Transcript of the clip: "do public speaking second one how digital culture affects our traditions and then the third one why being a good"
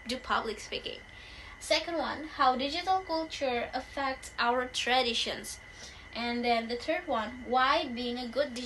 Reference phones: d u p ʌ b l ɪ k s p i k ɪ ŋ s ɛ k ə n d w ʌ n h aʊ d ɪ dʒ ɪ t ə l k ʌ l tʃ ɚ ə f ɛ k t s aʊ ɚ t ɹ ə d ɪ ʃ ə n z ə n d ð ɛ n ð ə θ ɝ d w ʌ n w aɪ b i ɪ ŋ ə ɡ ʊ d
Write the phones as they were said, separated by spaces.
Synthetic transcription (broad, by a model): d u p ʌ b l ɪ k s p i k ɪ ŋ s ɛ k ə n d w ʌ n h aʊ d ɪ dʒ ɪ t ə l k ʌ l tʃ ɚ ə f ɛ k t s aʊ ɚ t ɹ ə d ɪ ʃ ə n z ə n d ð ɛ n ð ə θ ɝ d w ʌ n w aɪ b i ɪ ŋ ə ɡ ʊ d